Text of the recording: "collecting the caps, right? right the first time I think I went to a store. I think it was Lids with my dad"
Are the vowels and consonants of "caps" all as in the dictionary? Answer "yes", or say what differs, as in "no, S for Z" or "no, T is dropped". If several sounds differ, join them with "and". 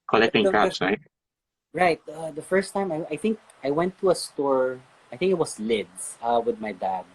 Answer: no, P is dropped